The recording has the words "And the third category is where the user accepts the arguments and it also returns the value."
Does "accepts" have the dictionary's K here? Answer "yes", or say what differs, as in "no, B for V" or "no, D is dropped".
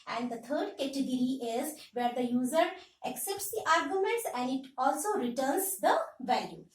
yes